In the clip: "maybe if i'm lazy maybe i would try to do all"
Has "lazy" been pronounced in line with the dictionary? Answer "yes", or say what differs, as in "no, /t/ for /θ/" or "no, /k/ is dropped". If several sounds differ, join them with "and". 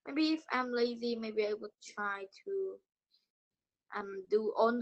yes